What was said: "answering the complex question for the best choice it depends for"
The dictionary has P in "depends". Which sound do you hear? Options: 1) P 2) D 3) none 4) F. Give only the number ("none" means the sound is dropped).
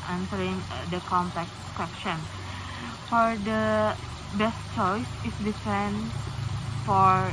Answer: 4